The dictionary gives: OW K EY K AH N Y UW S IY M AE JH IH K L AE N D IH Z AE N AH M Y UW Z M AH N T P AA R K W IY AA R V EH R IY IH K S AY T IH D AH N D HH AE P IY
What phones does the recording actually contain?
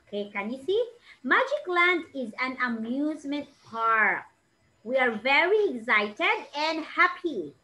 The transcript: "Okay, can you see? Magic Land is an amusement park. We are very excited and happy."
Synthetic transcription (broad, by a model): K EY K AH N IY S IY M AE JH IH K L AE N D IH Z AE N AH M Y UW Z M AH N T P AA R K W IY AA R V EH R IY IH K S AY T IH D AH N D HH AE P IY